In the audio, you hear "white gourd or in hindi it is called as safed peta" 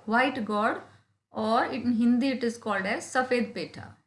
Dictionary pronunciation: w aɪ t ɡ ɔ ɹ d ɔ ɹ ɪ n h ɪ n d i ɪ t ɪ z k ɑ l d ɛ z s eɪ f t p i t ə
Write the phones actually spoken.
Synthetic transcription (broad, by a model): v aɪ t ɡ ɔ ɹ d ɔ ɹ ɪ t h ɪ n d i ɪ t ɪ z k ɑ l d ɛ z s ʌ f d p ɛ t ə